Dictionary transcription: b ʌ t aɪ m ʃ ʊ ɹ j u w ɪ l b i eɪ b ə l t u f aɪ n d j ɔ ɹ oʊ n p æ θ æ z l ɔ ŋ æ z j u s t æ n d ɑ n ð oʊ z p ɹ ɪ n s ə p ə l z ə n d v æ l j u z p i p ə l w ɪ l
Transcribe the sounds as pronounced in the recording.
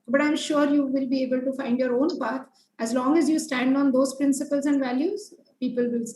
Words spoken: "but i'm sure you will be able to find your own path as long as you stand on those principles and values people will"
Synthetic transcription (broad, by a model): b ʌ t aɪ m ʃ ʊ ɹ j u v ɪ l b i eɪ b ə l t u f aɪ n d j ɔ ɹ oʊ n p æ t æ z l ɔ ŋ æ z j u s t æ n d ɑ n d oʊ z p ɹ ɪ n s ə p ə l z ə n d v æ l j u z p i p ə l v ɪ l